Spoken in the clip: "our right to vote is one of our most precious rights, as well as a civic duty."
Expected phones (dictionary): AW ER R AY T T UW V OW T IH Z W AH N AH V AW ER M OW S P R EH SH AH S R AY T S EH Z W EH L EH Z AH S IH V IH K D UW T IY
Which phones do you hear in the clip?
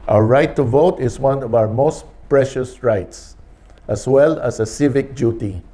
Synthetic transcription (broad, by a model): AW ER R AY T T UW V OW T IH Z W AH N AH V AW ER M OW S P R EH SH AH S R AY T S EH S W EH L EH S AH S IH V IH K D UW T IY